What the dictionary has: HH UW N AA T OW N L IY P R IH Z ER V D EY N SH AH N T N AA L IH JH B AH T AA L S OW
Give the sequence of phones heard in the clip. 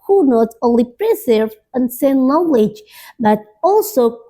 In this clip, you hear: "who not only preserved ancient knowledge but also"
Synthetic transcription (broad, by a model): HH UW N AA T OW N L IY P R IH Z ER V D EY N S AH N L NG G W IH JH B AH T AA L S OW